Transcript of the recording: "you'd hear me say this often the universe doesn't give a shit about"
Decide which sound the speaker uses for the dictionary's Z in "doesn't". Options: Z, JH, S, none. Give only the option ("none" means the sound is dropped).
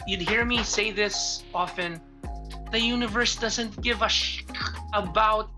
Z